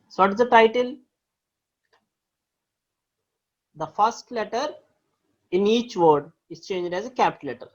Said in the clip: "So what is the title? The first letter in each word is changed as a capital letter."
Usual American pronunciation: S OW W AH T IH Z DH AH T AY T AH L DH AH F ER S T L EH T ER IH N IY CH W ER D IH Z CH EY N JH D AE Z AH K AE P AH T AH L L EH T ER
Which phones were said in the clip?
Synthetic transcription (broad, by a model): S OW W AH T IH Z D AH T AY T AH L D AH F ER S T L EH T ER IH N IY CH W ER D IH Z CH EY N JH D AE Z AH K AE P T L L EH T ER